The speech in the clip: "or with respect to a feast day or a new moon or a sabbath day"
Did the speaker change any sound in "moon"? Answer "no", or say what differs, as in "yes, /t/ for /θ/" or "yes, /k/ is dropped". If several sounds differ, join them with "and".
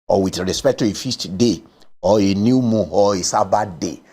yes, /n/ is dropped